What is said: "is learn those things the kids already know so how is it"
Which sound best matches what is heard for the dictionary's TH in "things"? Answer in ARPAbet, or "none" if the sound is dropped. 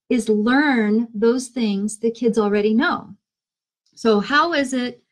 TH